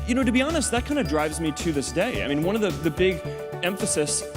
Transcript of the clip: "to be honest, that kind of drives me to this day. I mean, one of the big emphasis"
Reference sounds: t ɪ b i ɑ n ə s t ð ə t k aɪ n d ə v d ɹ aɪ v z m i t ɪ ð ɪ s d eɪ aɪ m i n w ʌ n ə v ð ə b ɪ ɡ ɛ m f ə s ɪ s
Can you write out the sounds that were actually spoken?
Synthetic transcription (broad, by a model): t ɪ b i ɑ n ə s t ð ə t k aɪ n d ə d ɹ aɪ v z m i t ɪ ð ɪ s d eɪ aɪ m i n w ʌ n ə v ð ə b ɪ ɡ ɛ m f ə s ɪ s